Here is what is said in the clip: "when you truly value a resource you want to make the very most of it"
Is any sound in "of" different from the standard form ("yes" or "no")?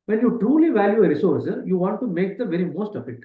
yes